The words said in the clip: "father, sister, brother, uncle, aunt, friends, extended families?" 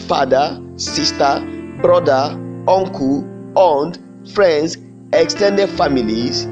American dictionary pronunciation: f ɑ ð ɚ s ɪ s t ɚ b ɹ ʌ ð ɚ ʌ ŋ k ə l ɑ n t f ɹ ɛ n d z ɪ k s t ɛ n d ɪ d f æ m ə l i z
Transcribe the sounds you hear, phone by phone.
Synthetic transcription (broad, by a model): f ɑ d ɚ s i s t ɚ b ɹ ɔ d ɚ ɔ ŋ k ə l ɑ n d f ɹ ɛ n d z ɪ k s t ɛ n d ɪ d f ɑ m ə l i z